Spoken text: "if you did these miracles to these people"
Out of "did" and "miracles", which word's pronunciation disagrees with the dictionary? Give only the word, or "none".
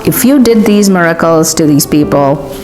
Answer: none